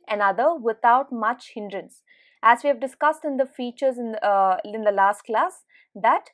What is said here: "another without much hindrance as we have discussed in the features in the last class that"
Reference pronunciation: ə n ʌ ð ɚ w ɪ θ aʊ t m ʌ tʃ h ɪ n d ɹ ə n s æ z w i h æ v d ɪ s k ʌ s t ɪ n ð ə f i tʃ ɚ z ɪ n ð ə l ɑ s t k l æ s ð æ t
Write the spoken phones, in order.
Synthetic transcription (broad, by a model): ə n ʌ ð ɚ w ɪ t aʊ t m ʌ tʃ h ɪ n d ɹ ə n s æ z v i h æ v d ɪ s k ʌ s t ɪ n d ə f i tʃ ɚ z ɪ n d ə l ɑ s t k l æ s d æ t